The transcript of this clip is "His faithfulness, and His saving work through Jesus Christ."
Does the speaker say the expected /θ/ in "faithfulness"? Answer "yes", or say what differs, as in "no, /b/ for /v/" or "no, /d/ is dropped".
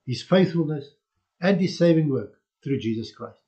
yes